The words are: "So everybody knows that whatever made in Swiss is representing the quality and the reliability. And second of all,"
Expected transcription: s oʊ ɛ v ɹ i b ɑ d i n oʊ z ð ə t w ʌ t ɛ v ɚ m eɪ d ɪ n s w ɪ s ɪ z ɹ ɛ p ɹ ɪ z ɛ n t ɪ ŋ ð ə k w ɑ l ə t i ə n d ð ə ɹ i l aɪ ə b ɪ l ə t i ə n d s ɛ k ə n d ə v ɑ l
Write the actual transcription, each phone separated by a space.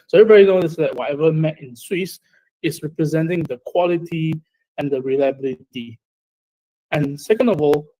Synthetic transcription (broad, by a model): s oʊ ɛ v ɹ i b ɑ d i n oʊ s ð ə t w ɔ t ɛ v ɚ m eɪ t ɪ n s w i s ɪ s ɹ ɛ p ɹ ɪ z ɛ n t ɪ ŋ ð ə k w ɑ l ə t i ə n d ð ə ɹ i l aɪ ə b ɪ l ə t i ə n s ɛ k ə n d ə v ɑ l